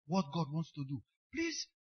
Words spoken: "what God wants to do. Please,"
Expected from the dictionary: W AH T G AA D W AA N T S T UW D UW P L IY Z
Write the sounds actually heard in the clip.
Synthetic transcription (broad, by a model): W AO T G AA D W AA N T S T UW D UW P L IY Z